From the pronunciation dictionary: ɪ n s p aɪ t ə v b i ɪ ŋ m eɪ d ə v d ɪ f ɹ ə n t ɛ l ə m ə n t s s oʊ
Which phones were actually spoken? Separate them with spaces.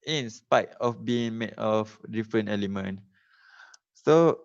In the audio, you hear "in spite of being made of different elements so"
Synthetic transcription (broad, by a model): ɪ n s p aɪ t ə f b i ɪ ŋ m eɪ d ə f d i f ɹ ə n ɛ l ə m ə n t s s oʊ